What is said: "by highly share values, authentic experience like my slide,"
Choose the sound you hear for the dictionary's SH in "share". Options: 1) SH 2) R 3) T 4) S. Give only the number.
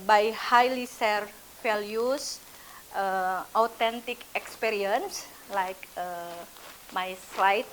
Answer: 4